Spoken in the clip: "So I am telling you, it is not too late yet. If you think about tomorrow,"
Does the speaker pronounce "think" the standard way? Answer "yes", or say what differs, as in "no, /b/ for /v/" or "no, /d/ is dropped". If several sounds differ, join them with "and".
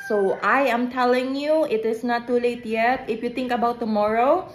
no, /t/ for /θ/